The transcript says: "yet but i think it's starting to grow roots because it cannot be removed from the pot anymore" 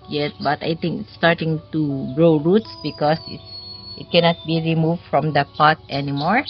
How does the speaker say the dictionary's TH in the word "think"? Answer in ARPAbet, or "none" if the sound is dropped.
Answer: T